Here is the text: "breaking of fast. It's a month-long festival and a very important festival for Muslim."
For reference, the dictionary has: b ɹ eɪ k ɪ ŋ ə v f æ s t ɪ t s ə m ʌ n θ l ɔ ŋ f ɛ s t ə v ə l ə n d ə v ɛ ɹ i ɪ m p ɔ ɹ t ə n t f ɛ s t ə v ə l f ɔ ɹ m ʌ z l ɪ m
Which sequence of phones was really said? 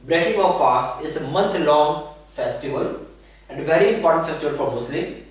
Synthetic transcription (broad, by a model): b ɹ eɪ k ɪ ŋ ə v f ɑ s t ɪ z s ə m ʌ n t l ɔ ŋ f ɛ s t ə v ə l ə n d ə v ɛ ɹ i ɪ m p ɔ ɹ t ə n t f ɛ s t ə v ə l f ɔ ɹ m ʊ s l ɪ m